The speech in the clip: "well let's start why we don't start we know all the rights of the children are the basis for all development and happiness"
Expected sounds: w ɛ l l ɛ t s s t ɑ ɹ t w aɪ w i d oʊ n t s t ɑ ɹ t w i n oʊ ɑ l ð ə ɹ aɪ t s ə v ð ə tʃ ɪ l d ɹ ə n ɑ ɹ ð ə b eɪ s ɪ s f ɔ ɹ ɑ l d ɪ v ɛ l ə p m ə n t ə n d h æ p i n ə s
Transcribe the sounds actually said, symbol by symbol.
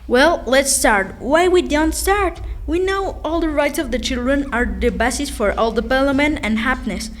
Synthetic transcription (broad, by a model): w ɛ l l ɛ t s s t ɑ ɹ t w aɪ w i d oʊ n t s t ɑ ɹ t w i n oʊ ɑ l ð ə ɹ aɪ t s ə v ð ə tʃ ɪ l d ɹ ə n ɑ ɹ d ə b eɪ s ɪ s f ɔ ɹ ɑ l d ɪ p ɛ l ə m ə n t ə n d h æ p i n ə s